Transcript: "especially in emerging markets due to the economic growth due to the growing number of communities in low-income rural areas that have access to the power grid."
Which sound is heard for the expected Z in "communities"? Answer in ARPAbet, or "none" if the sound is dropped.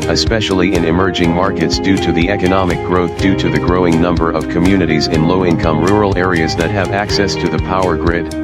Z